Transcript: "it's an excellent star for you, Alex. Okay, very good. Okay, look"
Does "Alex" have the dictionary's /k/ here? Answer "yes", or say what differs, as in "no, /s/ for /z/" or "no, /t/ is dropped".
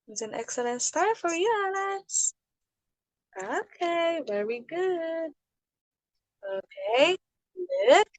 no, /k/ is dropped